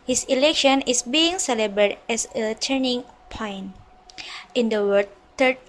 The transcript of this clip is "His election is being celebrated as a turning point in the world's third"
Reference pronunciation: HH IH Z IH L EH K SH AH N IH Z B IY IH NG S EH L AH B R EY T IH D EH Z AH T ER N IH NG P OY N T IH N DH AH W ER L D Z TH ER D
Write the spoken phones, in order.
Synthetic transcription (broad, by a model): HH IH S IH L EH K SH AH N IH S B IY IH NG S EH L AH B R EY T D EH S AH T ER N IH NG P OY N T IH N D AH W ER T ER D